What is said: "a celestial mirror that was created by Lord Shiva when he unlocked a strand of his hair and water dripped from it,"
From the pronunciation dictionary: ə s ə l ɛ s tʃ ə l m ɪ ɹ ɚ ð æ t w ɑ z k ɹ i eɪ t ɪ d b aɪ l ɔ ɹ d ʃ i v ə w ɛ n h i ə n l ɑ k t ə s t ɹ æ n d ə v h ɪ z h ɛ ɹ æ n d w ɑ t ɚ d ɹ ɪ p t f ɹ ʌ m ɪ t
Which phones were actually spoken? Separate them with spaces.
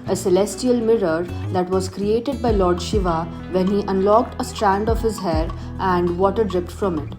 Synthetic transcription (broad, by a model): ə s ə l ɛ s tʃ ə l m ɪ ɹ ɚ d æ t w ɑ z k ɹ i eɪ t ɪ d b aɪ l ɔ ɹ d ʃ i v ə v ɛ n h i ə n l ɑ k t ə s t ɹ æ n d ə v h ɪ z h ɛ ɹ æ n d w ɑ t ɚ d ɹ ɪ p t f ɹ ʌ m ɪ t